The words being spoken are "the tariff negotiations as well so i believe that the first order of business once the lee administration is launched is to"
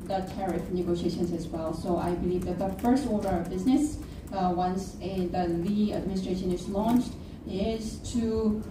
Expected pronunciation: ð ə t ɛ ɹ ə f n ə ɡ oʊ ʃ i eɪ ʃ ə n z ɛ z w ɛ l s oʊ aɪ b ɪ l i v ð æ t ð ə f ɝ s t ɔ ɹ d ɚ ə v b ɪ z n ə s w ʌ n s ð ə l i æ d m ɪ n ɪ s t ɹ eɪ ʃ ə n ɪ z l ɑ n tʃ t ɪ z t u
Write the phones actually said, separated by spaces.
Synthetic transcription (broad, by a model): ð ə t ɛ ɹ ə f n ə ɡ oʊ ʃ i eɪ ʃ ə n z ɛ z w ɛ l s oʊ aɪ b ɪ l i v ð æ t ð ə f ɝ s t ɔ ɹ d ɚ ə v b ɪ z n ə s w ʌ n s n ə l i æ d m ɪ n ɪ s t ɹ eɪ ʃ ə n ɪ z l ɑ n tʃ t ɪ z t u